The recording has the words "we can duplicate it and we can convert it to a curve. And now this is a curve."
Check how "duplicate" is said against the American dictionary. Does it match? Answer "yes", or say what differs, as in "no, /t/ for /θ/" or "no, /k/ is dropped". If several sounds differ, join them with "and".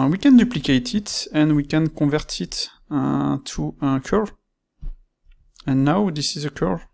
yes